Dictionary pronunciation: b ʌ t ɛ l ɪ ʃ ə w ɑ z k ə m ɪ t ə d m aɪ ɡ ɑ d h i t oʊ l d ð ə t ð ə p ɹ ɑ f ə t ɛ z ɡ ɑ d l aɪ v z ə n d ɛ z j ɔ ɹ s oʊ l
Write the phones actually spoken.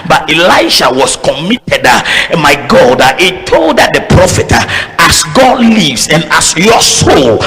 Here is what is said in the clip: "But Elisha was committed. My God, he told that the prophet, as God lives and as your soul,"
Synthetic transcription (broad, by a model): b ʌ t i l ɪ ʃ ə w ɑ s k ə m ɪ t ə d m aɪ ɡ ɑ d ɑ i t oʊ l d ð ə t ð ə p ɹ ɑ f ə t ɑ s ɡ ɑ d l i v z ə n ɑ s j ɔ s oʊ l